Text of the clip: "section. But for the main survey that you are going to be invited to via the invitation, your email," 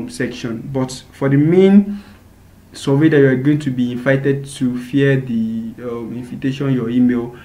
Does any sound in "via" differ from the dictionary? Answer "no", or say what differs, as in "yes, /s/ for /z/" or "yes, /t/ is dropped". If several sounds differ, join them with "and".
yes, /f/ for /v/